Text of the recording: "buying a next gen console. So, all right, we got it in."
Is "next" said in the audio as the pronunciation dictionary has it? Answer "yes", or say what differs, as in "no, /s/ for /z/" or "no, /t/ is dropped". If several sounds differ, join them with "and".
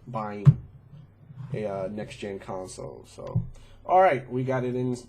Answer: yes